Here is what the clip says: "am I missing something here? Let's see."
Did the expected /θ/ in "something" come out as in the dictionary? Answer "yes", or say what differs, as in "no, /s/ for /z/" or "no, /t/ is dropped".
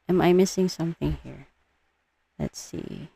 yes